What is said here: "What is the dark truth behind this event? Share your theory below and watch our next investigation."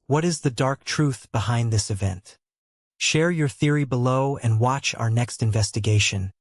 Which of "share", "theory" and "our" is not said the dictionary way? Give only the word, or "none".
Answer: none